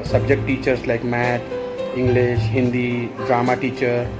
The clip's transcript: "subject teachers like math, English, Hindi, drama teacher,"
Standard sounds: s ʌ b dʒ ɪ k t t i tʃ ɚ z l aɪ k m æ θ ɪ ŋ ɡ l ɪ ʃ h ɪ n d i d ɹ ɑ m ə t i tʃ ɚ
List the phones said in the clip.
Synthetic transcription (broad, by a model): s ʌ b dʒ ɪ k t t i tʃ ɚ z l aɪ k m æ t ɪ ŋ ɡ l ɪ ʃ h ɪ n d i d ɹ ɑ m ə t i tʃ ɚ